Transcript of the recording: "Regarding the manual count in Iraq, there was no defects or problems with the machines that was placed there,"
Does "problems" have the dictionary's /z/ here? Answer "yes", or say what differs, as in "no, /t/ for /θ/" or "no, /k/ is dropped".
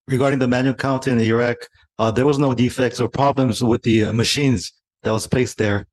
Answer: yes